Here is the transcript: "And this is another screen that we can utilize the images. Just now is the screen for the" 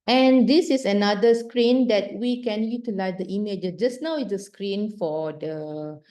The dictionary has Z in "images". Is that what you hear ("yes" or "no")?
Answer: no